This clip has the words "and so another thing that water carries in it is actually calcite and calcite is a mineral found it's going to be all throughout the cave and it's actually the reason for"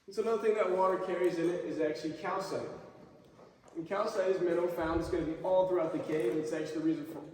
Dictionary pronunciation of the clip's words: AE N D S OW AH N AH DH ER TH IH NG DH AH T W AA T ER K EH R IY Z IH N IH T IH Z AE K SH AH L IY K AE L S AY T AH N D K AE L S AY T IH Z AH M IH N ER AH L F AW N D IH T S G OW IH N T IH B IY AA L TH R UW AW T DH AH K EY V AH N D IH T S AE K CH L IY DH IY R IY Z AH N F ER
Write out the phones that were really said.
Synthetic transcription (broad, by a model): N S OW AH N AH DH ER TH IH NG DH AH T W AA T ER K EH R IY Z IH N IH T IH Z AE K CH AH L IY K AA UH S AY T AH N K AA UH S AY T IH Z M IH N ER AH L F AW N D IH T S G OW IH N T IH B IY AA L TH R UW AW T DH AH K EY AH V IH T S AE K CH IY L IY R IY Z AH N F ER